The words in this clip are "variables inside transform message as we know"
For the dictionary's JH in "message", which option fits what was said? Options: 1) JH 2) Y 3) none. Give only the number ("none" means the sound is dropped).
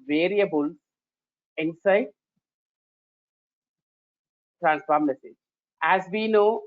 3